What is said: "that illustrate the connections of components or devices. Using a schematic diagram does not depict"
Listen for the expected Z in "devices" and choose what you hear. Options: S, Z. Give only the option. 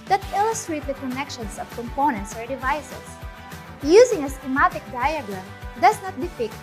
S